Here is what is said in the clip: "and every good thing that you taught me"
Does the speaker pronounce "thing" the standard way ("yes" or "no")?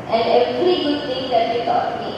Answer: no